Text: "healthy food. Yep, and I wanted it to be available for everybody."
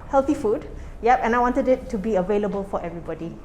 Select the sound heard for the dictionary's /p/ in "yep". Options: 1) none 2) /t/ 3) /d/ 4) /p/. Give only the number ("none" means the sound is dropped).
4